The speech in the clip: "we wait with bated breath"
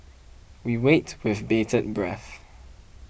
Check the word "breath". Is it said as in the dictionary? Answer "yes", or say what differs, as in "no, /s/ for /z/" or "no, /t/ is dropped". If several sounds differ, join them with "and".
yes